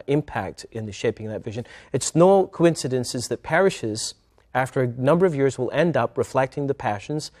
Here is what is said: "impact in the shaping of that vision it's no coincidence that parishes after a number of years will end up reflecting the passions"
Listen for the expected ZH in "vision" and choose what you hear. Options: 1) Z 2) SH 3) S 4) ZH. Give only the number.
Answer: 4